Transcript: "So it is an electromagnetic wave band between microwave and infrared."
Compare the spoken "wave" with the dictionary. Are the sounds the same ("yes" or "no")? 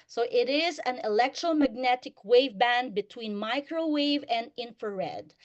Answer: yes